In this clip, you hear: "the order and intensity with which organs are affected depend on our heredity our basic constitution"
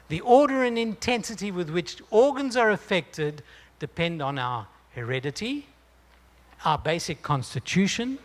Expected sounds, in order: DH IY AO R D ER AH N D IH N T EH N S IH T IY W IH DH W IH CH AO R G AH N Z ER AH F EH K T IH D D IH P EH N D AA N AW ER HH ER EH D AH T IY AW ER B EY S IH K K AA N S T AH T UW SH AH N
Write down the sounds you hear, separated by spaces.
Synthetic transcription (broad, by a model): DH IY AO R D ER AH N IH N T EH N S IH T IY W IH DH W IH CH AO R G AH N Z ER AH F EH K T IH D D IH P EH N D N AW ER HH ER EH D AH T IY AW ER B EY S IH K K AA N S T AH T UW SH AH N